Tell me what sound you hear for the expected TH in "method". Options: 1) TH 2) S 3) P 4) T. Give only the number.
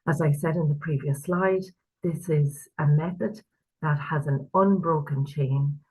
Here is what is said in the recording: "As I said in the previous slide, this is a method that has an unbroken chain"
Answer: 1